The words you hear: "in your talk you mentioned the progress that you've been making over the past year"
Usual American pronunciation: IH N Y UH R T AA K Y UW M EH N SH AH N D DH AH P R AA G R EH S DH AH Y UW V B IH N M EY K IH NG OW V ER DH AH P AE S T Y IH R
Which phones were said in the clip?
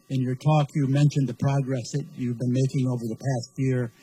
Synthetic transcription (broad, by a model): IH N Y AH R T AA K Y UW M EH N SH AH N DH AH P R AA G R EH S DH AH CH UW V B IH N M EY K IH NG OW V ER DH AH P AE S T Y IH R